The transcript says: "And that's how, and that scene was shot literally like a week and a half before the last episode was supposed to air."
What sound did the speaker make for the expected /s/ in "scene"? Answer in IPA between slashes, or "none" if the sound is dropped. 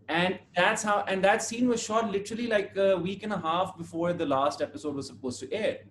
/s/